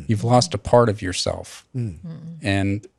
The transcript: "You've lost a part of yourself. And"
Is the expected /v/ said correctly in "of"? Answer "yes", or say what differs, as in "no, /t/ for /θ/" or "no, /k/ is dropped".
yes